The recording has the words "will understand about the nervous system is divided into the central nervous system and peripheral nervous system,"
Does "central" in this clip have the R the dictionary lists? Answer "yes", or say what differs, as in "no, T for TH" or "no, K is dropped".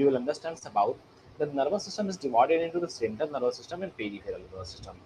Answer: no, R is dropped